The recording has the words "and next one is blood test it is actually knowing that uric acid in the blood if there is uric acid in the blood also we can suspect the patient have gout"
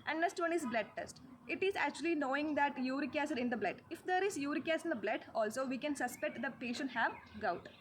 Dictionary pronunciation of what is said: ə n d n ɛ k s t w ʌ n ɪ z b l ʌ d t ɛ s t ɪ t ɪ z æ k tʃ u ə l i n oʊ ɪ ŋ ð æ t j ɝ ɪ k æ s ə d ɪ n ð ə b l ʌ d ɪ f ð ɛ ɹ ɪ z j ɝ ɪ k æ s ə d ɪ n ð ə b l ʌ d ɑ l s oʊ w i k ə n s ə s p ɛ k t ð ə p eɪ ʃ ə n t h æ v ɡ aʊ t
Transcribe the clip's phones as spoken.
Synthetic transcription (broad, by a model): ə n d n ɛ k s t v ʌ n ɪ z b l ʌ d t ɛ s t ɪ t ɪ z æ k tʃ u ə l i n oʊ ɪ ŋ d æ t j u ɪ k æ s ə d ɪ n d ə b l ʌ d ɪ f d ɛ ɹ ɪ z j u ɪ k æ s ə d ɪ n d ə b l ʌ d ɑ l s oʊ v i k ə n s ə s p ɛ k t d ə p eɪ ʃ ə n t h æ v ɡ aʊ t